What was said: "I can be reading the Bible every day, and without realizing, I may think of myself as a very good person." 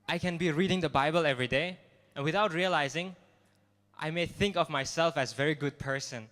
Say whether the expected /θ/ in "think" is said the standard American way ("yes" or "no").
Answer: yes